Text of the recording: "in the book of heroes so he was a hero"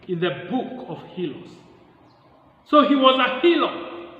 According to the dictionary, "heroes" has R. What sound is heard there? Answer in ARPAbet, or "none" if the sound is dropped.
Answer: L